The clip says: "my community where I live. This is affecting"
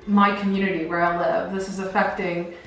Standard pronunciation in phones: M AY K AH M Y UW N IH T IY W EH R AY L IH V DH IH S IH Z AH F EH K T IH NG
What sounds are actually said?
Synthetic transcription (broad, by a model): M AY K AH M Y UW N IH T IY W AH R AY L IH V DH IH S IH Z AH F EH K T IH NG